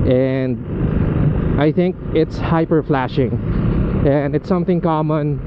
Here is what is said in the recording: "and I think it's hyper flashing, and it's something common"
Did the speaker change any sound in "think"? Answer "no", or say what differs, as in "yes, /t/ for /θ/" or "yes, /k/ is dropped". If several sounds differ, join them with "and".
no